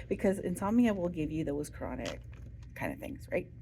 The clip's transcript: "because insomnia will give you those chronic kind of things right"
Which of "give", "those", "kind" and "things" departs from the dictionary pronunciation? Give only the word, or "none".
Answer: none